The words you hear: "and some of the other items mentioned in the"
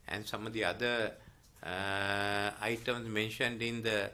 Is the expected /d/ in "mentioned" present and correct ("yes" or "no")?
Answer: yes